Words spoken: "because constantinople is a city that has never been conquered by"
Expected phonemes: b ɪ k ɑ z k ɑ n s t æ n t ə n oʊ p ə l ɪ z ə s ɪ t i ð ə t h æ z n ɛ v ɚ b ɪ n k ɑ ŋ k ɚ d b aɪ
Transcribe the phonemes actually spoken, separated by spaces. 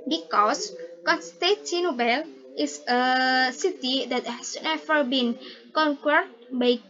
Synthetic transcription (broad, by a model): b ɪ k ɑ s k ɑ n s t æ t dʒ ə n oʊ b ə l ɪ s ə s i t i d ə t h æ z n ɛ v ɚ b ɪ n k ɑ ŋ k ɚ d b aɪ